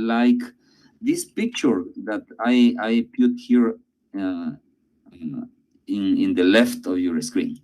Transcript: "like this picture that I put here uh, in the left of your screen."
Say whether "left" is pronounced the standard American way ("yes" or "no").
yes